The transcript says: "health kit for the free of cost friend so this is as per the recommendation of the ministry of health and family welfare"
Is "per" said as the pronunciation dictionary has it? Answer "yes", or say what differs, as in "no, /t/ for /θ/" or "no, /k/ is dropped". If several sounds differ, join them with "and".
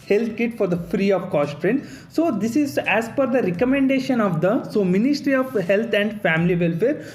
no, /f/ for /p/